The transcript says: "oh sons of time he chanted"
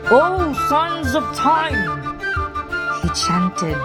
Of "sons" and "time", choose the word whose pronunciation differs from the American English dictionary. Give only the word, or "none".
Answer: none